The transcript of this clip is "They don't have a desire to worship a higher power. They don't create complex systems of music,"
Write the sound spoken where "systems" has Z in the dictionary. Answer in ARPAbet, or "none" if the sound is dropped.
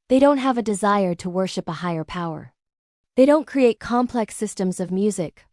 Z